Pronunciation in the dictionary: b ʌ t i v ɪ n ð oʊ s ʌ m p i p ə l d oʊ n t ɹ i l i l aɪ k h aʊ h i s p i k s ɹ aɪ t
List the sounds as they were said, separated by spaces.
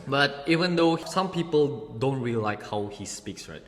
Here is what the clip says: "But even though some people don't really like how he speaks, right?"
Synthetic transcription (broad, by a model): b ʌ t i v ɪ n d oʊ s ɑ m p i p ə l d oʊ n t ɹ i i l aɪ k h aʊ h i s p i k s ɹ aɪ t